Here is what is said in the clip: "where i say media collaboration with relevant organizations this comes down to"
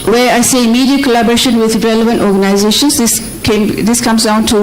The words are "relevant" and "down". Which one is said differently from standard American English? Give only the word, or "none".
none